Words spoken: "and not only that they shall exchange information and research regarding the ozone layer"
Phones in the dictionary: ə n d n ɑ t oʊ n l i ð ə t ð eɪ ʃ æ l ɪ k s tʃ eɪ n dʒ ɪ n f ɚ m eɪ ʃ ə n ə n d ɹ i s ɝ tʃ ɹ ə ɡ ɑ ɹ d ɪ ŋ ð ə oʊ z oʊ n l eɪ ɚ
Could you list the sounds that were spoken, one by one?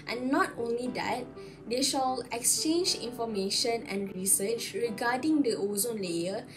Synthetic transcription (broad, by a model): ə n n ɑ t oʊ n l i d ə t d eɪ ʃ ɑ l ɪ k s tʃ eɪ n dʒ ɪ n f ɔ m eɪ ʃ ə n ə n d ɹ i s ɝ tʃ ɹ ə ɡ ɑ d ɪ ŋ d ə oʊ z oʊ n l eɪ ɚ